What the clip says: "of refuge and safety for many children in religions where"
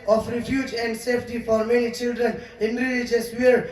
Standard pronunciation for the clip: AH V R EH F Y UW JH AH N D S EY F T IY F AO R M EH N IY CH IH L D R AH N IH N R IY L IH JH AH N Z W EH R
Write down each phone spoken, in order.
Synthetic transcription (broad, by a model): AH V R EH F Y UW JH AH N D S EY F T IY F AO R M EH N IY CH IH L D R AH N IH N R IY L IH JH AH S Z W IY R